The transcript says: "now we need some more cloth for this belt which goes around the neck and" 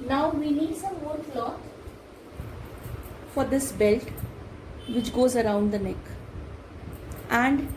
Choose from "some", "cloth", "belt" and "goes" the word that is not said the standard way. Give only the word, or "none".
cloth